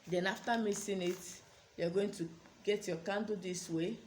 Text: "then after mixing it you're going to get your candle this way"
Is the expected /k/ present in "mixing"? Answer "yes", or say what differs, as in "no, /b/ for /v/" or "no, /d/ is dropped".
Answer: no, /k/ is dropped